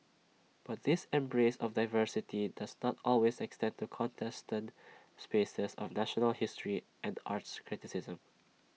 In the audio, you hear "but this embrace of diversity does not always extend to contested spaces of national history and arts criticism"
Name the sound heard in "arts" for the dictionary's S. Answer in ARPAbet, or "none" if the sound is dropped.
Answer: S